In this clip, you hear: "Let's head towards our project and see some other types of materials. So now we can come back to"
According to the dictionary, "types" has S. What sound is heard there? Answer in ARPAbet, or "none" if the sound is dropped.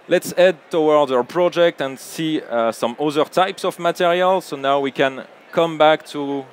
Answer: S